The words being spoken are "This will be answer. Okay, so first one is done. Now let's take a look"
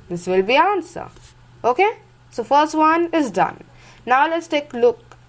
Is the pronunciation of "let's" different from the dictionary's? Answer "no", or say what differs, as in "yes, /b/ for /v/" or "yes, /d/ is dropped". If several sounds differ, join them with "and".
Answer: no